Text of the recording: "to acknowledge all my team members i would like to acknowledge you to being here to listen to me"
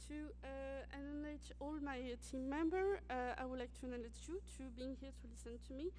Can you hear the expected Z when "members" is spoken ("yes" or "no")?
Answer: no